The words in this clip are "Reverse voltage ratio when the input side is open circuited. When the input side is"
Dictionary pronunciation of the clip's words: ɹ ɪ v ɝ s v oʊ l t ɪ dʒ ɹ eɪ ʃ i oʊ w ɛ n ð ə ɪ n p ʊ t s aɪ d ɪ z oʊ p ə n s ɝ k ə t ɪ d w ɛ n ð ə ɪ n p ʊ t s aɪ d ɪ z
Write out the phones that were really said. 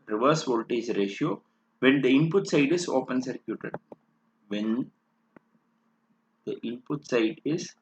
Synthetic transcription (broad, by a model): ɹ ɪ v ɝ s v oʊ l t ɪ z ɹ eɪ ʃ i oʊ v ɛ n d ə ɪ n p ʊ t s aɪ d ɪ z oʊ p ə n s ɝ k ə t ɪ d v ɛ n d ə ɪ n p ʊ t s aɪ d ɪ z